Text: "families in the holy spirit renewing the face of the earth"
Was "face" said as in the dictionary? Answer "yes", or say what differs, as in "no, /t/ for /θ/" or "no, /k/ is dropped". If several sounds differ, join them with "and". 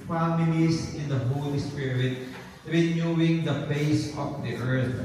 no, /p/ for /f/